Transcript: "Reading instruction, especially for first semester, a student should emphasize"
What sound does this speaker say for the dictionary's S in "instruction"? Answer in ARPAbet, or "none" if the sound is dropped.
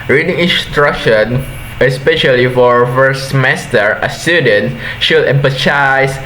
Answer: S